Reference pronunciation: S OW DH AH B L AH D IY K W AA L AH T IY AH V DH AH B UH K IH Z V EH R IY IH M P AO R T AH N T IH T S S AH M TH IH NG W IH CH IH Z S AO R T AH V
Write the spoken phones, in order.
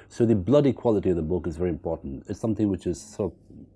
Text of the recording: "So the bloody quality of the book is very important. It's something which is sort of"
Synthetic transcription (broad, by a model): S OW DH AH B L AH D IY K W AA L AH T IY AH V DH AH B UH K IH Z V EH R IY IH M P AO R T N T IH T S S AH M TH IH NG W IH CH IH Z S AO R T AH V